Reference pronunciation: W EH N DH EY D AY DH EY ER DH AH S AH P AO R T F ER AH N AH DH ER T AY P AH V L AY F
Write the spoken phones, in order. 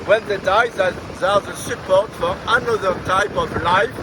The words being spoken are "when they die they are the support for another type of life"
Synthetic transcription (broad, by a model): W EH N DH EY D AY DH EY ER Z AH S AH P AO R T F ER AH N AH DH ER T AY P AH V L AY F